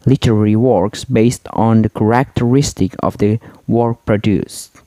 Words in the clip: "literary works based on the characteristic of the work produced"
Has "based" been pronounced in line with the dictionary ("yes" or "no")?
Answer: yes